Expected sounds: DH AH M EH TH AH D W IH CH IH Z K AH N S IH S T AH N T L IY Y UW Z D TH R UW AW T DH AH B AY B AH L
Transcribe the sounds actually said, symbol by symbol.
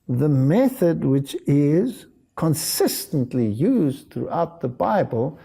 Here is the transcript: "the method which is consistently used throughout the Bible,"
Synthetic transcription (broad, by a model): DH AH M EH TH AH D W IH CH IH Z K AH N S IH S T AH N T L IY Y UW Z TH R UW AW T DH AH B AY B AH L